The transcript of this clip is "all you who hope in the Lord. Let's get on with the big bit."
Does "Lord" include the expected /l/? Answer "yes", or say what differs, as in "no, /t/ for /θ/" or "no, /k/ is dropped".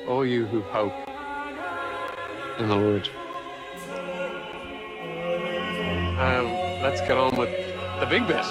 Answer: no, /w/ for /l/